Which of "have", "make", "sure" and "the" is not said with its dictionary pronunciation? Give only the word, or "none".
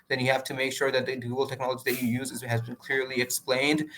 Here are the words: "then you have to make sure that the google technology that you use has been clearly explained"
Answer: have